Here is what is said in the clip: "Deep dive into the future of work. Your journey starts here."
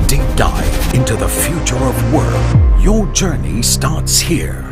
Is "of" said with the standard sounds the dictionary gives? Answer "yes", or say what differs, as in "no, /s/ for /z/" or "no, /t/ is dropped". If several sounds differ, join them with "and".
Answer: yes